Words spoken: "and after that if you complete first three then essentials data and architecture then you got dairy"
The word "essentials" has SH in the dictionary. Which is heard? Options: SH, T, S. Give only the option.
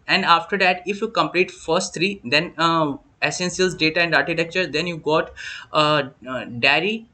S